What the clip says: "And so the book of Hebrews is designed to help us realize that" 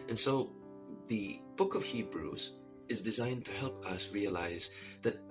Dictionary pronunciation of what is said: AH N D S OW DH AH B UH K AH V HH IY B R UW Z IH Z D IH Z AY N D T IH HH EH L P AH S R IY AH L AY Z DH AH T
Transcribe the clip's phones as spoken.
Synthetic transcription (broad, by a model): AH N S OW DH AH B UH K AH V HH IY B R UW Z IH Z D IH Z AY N T IH HH EH L P AH S R IY AH L AY Z DH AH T